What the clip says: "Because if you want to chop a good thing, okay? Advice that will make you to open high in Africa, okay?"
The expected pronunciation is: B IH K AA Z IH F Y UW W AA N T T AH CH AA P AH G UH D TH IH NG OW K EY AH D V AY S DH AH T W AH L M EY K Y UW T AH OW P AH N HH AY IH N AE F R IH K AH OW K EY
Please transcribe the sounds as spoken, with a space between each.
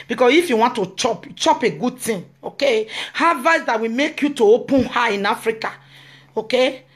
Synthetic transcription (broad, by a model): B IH K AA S IH F Y UW W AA N T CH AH CH AA P AH G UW D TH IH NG OW K EY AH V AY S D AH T W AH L M EY K Y UW T AH OW P AH N HH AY IH N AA F R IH K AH OW K EY